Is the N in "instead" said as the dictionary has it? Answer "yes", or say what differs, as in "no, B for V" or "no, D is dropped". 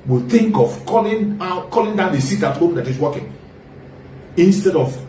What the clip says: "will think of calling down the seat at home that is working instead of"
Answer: yes